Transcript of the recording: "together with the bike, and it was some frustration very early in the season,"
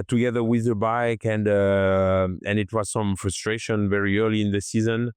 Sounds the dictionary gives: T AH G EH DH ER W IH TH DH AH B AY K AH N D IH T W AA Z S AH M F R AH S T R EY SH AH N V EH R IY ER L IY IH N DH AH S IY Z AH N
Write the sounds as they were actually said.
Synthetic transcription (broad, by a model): T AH G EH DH ER W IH DH AH B AY K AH N D IH T W AA Z S AH M F R AH S T R EY SH AH N V EH R IY ER L IY IH N DH AH S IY Z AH N